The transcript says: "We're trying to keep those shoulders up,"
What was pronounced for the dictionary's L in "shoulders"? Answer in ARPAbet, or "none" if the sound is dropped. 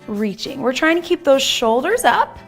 L